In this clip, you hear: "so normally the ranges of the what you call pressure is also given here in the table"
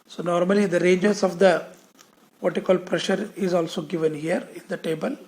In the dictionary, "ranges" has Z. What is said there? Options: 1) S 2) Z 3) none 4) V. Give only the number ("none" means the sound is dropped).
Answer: 1